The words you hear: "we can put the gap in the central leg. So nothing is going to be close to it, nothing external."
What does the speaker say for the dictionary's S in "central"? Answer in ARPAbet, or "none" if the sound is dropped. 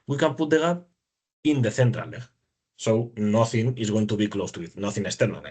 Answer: TH